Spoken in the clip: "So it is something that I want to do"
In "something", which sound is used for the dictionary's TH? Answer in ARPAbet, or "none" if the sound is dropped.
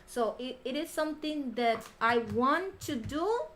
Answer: T